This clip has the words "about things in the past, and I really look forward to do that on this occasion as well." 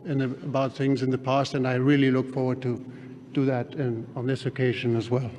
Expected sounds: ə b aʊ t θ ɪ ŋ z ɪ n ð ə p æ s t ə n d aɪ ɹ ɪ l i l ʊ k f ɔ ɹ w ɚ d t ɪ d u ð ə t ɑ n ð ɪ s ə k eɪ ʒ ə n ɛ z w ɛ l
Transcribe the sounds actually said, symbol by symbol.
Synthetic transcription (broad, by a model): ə b aʊ t θ ɪ ŋ z ɪ n ð ə p æ s t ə n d aɪ ɹ ɪ l i l ʊ k f ɔ ɹ w ɚ d t ɪ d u ð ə t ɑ n ð ɪ s ə k eɪ ʒ ə n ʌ z w ɛ l